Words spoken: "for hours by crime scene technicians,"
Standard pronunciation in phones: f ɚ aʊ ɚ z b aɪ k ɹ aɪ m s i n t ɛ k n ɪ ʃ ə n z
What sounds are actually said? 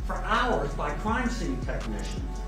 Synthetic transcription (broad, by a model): f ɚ aʊ ɚ z b aɪ k ɹ aɪ m s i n t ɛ k n ɪ ʃ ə n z